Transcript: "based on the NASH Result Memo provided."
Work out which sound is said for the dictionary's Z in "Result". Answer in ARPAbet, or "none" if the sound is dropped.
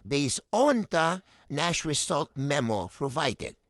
S